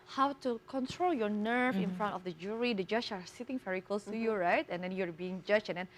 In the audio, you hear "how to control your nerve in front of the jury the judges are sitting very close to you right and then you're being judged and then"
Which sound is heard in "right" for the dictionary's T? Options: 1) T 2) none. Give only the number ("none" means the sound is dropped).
1